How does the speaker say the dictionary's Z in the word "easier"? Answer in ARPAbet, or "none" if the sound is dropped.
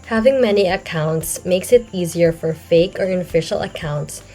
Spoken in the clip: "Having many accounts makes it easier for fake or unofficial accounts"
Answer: Z